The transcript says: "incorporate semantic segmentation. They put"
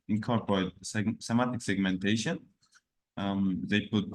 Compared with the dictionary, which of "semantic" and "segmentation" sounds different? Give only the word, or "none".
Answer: semantic